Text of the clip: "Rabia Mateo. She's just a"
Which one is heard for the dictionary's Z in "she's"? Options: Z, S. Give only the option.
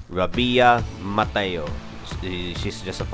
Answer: S